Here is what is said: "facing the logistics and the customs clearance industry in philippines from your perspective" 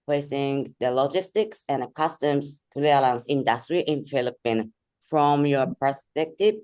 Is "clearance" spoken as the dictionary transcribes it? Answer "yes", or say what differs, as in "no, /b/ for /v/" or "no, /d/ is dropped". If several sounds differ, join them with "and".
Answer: no, /l/ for /ɹ/